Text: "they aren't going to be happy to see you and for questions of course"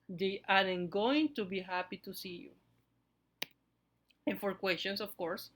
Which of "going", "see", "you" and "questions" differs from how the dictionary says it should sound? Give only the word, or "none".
questions